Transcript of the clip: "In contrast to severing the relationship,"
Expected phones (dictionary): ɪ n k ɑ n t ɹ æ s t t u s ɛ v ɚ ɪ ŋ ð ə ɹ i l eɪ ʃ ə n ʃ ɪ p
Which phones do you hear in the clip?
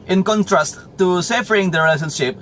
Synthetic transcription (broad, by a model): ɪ n k ɑ n t ɹ æ s t t u s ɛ f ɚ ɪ ŋ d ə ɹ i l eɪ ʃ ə n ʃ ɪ p